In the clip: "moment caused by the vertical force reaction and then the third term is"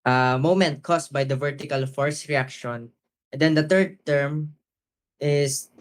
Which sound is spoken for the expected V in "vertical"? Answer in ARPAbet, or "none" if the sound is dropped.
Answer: V